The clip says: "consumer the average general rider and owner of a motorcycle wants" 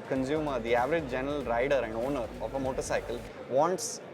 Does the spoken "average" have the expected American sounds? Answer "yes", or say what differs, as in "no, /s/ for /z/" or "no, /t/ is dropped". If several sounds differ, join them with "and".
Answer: yes